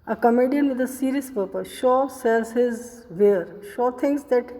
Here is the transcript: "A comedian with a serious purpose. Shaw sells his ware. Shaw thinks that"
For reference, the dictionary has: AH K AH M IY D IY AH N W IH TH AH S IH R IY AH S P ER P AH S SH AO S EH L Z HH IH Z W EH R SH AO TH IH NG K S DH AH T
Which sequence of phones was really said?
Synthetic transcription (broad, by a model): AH K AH M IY D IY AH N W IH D AH S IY R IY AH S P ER P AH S SH AO S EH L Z HH IH Z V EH R SH AO T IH NG S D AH T